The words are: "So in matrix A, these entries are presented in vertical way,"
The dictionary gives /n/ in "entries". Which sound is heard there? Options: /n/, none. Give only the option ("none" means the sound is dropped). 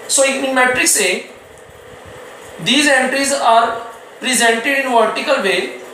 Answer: /n/